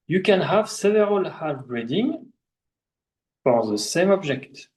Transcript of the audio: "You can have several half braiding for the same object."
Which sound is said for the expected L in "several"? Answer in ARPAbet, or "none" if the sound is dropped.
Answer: L